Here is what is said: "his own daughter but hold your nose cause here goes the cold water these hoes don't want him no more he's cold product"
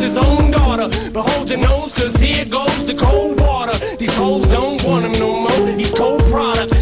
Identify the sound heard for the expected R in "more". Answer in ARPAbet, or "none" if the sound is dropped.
L